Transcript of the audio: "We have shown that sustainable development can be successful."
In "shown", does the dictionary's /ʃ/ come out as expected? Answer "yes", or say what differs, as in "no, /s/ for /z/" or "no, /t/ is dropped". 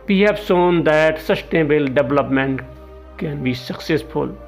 no, /s/ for /ʃ/